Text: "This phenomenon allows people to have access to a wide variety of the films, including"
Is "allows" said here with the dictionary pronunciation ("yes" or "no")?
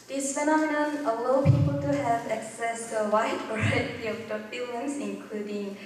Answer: no